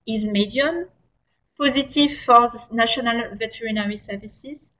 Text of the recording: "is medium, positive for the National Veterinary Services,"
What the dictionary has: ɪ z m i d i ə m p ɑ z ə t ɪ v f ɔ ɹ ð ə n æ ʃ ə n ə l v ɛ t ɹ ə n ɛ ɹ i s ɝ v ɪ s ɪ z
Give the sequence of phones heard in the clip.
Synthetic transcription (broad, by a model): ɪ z m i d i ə m p ɑ z ə t ɪ v f ɔ ɹ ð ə n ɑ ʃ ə n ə l v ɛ t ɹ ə n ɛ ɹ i s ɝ v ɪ s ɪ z